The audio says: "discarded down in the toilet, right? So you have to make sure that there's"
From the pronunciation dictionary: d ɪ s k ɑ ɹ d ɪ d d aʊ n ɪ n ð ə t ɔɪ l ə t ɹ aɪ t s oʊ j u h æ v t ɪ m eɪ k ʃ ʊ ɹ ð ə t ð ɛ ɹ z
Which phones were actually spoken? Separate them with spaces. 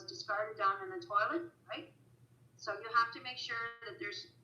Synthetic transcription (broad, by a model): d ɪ s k ɑ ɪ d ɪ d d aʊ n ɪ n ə t ɔɪ l ə t ɹ aɪ t s oʊ j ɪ h æ f t ɪ m eɪ k ʃ ʊ ɹ ð ə t ð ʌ ɹ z